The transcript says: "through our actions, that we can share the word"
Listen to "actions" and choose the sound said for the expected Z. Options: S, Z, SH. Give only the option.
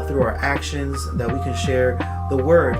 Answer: Z